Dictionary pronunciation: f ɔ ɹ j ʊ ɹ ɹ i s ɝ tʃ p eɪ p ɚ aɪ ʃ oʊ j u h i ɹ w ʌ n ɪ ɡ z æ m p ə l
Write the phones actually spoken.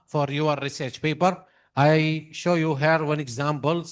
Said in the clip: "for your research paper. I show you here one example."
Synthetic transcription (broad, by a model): f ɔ ɹ j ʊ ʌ ɹ i s ɝ tʃ p eɪ p ɚ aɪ ʃ oʊ j u h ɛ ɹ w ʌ n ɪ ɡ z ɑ m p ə l